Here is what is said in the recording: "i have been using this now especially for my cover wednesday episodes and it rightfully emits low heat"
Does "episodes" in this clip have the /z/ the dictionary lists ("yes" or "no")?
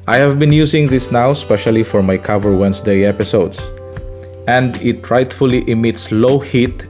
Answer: no